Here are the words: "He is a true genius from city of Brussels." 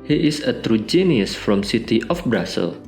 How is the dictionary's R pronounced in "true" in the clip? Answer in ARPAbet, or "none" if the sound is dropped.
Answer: R